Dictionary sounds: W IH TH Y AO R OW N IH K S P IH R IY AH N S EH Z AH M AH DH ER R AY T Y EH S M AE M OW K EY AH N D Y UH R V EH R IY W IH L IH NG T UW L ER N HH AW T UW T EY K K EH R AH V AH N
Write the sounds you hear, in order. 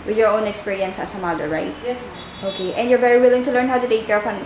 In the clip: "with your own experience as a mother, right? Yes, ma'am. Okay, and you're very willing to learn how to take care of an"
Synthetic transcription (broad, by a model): W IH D Y AO R OW N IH K S P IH R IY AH N S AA S AH M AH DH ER R AY T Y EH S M OW K EY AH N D Y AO R V EH R IY W IH L IH NG T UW L ER N HH AW T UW T EY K K EH R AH P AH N